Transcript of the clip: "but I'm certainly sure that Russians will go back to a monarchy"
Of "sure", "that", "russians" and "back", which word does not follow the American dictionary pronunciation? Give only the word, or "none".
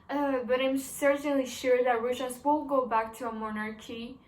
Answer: russians